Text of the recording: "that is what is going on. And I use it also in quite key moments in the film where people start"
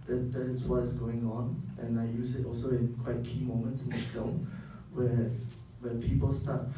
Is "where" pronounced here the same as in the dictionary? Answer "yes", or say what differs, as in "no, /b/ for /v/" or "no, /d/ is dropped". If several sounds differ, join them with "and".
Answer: no, /w/ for /ɹ/